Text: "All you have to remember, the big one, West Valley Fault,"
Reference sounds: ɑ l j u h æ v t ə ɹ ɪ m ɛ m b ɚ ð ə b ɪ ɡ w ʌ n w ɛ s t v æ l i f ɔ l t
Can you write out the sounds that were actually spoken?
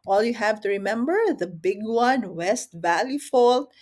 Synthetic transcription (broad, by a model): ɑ l j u h æ v t ə ɹ ɪ m ɛ m b ɚ ð ə b ɪ ɡ w ʌ n w ɛ s t v æ l i f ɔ l